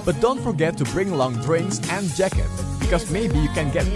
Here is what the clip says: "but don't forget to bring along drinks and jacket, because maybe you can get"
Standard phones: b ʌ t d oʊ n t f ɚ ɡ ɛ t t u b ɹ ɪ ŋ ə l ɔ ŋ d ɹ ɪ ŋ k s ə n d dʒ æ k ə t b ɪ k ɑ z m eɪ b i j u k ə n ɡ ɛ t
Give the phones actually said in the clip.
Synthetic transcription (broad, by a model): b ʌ t d oʊ n t f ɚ ɡ ɛ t t u b ɹ ɪ ŋ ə l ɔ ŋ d ɹ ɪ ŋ s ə n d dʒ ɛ k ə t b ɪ k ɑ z m eɪ b i j u k ə n ɡ ɛ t